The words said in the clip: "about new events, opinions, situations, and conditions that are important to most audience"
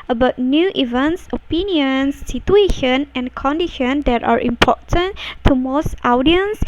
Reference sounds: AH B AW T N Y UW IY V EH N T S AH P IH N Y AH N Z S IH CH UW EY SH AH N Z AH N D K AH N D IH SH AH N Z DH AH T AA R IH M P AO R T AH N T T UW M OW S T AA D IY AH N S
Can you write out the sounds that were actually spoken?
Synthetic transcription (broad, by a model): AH B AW T N Y UW IY V EH N T S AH P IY N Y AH N S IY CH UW EY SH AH N AH N K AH N D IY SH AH N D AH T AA R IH M P AO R T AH N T T UW M OW S T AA D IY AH N S